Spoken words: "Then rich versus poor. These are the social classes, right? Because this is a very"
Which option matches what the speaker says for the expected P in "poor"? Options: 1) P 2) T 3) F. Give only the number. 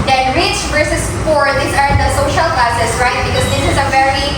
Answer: 3